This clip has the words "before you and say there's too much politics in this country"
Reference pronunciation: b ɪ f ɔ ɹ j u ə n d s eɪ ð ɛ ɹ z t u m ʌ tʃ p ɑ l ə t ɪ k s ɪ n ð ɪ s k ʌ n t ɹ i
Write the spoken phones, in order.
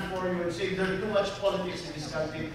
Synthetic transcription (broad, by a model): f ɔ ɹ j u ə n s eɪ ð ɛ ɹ t u m ʌ tʃ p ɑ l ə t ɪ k s ɪ n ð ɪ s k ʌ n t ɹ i